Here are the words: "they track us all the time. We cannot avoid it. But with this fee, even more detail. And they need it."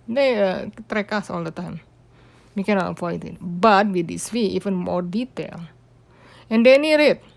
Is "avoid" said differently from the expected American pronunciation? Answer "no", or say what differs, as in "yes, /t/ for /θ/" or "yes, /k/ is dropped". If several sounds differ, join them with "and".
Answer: yes, /f/ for /v/